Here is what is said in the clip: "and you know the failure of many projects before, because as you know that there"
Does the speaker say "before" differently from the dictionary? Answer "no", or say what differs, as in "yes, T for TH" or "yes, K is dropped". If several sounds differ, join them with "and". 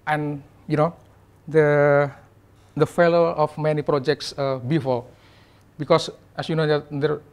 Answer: yes, L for R